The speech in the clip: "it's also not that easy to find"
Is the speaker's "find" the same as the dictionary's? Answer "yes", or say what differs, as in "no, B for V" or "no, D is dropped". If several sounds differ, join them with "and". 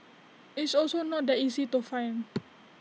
no, D is dropped